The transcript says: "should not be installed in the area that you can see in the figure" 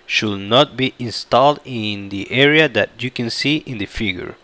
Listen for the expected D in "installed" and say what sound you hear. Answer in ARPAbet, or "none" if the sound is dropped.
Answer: D